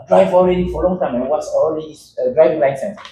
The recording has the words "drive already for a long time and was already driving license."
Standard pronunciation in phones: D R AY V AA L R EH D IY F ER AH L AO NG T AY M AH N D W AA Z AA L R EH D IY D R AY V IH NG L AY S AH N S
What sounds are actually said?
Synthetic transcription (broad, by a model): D R AY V AA L R EH D IY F AH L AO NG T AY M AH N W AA S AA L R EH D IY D R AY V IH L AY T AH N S